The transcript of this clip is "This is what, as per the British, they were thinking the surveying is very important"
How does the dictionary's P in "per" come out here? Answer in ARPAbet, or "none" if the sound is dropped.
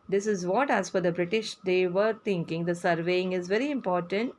F